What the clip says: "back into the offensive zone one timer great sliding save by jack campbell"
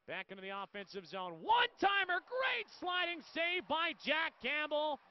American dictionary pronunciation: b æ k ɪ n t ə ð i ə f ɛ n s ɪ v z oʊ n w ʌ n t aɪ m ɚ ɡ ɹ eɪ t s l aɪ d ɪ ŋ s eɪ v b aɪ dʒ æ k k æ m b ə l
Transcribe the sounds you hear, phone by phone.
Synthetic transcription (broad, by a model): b æ k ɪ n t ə ð i ə f ɛ n s ɪ v z oʊ n w ʌ n t aɪ m ɚ ɡ ɹ eɪ t s l aɪ d ɪ ŋ s eɪ v b aɪ dʒ æ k k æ m b l